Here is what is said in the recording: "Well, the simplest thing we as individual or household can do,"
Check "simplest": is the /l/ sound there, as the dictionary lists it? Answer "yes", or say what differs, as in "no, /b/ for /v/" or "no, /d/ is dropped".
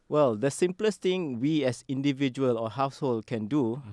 yes